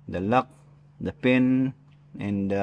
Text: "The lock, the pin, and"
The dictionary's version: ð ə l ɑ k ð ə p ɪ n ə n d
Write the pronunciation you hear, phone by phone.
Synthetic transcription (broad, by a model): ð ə l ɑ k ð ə p ɪ n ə n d